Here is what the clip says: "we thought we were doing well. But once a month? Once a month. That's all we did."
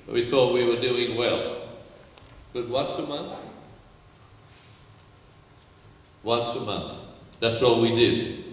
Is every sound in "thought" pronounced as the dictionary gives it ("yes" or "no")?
yes